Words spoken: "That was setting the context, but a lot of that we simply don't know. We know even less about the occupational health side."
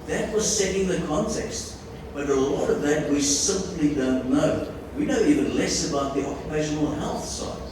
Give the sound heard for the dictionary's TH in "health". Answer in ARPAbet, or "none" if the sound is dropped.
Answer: TH